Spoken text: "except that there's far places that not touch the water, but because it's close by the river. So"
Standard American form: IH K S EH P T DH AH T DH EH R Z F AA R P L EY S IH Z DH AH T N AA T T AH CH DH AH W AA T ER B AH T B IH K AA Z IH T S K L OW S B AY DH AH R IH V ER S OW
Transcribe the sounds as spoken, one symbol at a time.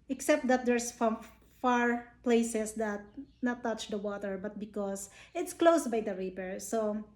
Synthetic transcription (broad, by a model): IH K S EH P T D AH T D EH R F F AA R P L EY S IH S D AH T N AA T T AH CH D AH W AA T ER B AH T B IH K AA S IH T S K L OW S B AY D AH R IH P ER S OW